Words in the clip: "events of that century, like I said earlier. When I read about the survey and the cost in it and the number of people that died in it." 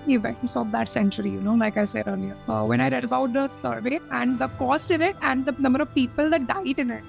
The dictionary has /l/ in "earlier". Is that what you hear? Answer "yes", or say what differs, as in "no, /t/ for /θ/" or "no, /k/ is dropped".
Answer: no, /n/ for /l/